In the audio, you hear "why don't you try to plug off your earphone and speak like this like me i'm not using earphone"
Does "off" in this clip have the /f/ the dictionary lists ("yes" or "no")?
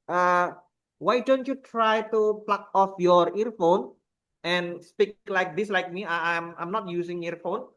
yes